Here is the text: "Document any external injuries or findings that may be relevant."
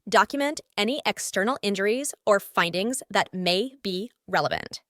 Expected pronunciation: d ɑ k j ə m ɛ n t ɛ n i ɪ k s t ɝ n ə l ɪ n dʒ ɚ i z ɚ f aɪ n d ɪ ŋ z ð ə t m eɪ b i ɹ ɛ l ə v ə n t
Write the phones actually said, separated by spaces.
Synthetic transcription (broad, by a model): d ɑ k j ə m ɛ n t ɛ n i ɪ k s t ɝ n l ɪ n dʒ ɚ i z ɚ f aɪ n d ɪ ŋ z ð ə t m eɪ b i ɹ ɛ l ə v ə n t